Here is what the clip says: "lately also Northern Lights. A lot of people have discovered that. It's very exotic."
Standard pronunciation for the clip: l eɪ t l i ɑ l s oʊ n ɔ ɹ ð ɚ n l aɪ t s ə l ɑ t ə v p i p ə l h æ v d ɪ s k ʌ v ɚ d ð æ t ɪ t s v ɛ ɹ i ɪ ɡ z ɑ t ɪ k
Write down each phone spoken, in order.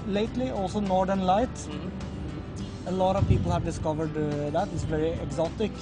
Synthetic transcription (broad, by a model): l eɪ t l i ɑ l s oʊ n ɔ ɹ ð ɚ n l aɪ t ə l ɑ t ə v p i p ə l h æ v d ɪ s k ʌ v ɚ d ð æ t ɪ t s v ɛ ɹ i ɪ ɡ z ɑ t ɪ k